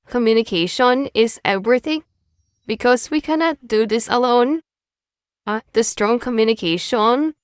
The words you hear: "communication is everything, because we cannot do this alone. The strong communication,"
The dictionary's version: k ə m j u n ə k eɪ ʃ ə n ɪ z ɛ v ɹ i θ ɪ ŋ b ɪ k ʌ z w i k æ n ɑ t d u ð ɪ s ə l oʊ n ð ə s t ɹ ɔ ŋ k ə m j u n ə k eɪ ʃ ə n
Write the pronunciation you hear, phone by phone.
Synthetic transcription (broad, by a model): k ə m j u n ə k eɪ ʃ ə n ɪ z ɛ v ɹ i θ ɪ ŋ b ɪ k ʌ z w i k æ n ɑ t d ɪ ð ɪ s ə l oʊ n ð ə s t ɹ ɔ ŋ k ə m j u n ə k eɪ ʃ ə n